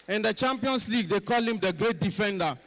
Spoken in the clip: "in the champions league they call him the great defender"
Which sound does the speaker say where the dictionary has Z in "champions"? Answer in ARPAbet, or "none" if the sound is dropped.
S